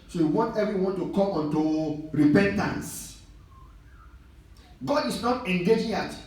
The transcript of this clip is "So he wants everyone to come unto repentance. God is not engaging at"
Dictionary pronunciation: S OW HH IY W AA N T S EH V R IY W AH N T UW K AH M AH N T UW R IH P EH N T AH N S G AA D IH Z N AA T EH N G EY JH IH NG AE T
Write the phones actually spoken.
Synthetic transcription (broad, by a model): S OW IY W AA N T EH V R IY W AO N T UW K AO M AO N T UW R IH P EH N T AH N S G AA D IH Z N AA T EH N G EY JH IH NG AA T